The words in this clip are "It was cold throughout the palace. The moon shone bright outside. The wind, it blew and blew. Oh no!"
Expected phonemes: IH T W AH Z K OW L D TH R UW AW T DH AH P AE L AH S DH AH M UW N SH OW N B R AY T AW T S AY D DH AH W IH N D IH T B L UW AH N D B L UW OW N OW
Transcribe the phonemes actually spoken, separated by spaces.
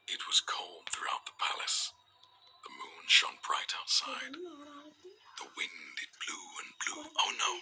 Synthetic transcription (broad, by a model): IH T W AH Z K OW L D TH R UW AW T DH AH P AE L AH S DH AH M UW N SH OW N B R AY T AW T S AY D DH AH W IH N D IH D B L UW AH N B L UW OW N OW